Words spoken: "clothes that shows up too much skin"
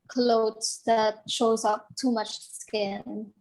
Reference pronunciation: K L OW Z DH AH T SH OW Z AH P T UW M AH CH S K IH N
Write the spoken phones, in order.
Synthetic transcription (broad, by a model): K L OW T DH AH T SH OW Z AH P T UW M AH CH S K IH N